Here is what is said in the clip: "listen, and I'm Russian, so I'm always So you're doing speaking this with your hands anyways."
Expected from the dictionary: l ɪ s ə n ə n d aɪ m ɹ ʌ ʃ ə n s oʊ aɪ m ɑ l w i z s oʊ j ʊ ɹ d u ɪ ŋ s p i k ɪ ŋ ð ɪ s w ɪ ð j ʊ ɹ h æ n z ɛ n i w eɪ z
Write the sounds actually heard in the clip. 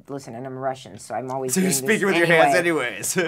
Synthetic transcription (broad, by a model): l ɪ s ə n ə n aɪ m ɹ ʌ ʃ ə n s oʊ aɪ m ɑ l w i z s oʊ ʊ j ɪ s p i k ɪ ŋ w ɪ ð j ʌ ɹ h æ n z ɛ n i w eɪ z